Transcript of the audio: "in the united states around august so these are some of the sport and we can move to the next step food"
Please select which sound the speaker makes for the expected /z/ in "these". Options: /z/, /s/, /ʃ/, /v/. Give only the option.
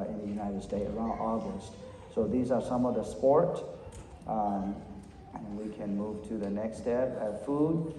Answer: /z/